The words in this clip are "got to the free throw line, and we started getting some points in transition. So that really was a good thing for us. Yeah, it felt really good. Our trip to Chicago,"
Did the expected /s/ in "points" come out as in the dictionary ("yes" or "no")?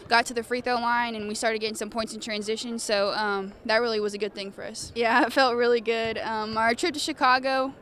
yes